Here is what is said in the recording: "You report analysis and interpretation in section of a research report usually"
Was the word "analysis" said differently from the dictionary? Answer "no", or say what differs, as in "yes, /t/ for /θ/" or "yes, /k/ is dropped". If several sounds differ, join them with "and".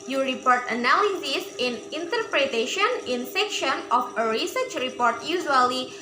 yes, /w/ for /l/